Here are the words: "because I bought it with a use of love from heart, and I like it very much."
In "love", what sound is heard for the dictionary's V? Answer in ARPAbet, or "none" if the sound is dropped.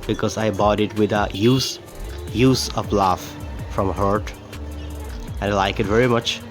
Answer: F